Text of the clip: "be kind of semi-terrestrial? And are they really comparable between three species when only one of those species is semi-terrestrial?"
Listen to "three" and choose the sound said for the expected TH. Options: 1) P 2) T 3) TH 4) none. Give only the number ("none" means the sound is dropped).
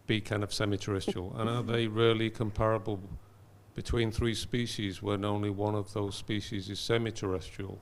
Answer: 3